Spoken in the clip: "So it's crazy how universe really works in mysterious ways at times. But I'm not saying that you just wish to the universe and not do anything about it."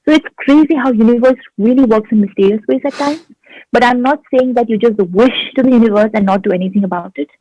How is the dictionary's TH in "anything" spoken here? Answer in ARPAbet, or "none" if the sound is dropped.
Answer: T